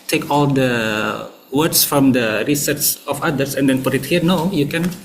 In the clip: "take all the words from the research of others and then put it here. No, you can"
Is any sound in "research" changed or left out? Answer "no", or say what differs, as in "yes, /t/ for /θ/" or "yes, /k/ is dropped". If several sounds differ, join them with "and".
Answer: yes, /s/ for /tʃ/